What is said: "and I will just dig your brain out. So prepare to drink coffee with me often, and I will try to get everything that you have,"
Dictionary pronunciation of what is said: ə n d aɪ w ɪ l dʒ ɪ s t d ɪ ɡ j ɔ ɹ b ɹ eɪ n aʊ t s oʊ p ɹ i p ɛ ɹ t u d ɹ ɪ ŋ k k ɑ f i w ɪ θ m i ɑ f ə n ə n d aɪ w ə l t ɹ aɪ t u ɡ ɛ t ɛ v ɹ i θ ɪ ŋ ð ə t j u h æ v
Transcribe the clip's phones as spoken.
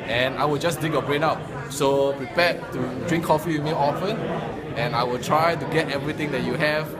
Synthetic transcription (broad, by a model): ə n aɪ w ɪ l dʒ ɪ s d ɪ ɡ j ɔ b ɹ eɪ n aʊ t s oʊ p ɹ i p ɛ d t u d ɹ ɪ ŋ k k ɑ f i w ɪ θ m i ɑ f ə n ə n aɪ w ə l t ɹ aɪ t u ɡ ɛ t ɛ v ɹ i t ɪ ŋ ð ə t j u h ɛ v